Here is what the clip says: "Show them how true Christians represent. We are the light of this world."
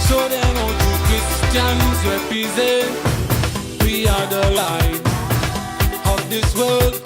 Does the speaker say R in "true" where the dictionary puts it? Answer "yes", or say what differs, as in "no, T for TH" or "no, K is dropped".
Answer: no, R is dropped